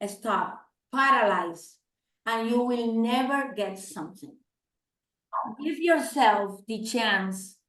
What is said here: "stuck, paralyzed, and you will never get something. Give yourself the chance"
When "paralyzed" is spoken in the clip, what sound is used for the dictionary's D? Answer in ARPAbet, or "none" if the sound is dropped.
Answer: none